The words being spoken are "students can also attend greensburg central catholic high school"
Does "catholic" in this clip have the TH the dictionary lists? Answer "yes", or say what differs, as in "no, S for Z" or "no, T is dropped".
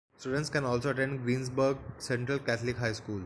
no, T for TH